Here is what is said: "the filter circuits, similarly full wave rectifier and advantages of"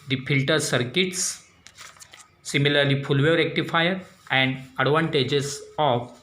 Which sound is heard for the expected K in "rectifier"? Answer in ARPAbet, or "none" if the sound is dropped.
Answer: K